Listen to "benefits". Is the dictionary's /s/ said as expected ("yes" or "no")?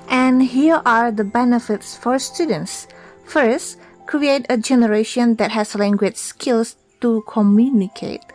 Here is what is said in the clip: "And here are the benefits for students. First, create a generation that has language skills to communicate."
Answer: yes